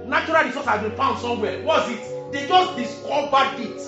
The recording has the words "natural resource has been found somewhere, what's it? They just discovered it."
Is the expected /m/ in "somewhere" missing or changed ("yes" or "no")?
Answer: yes